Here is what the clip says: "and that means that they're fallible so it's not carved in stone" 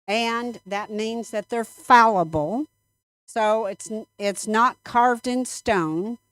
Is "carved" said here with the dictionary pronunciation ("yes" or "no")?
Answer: yes